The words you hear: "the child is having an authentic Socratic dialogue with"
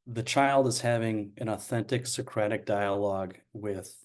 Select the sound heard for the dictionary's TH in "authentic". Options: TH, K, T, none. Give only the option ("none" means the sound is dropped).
TH